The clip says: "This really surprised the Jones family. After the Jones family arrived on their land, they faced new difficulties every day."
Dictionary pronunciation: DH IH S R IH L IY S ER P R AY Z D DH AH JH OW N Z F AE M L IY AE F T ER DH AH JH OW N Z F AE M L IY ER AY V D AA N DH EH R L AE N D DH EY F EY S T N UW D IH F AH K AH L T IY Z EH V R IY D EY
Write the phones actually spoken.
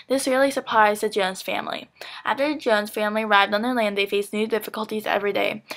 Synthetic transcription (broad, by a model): DH IH S R IH L IY S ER P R AY Z DH AH JH OW N Z F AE M L IY AE F T ER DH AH JH OW N Z F AE M L IY ER AY V D N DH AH R L AE N D DH EY F EY S N UW D IH F AH K AH L T IY Z EH V R IY D EY